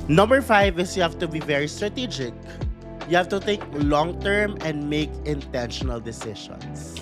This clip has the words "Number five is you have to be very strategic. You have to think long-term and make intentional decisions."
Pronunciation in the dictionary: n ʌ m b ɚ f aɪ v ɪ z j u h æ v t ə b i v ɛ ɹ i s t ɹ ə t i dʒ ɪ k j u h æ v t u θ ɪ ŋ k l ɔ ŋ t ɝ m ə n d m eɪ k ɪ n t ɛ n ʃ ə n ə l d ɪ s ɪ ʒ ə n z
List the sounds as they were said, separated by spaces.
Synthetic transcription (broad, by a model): n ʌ m b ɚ f aɪ v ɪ s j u h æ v t ə b i v ɛ ɹ i s t ɹ ə t i dʒ ɪ k j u h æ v t u t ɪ k l ɔ ŋ t ɝ m ə n d m eɪ k ɪ n t ɛ n ʃ ə n ə l d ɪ s ɪ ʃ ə n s